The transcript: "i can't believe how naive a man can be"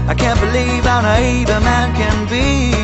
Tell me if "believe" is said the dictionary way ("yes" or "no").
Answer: yes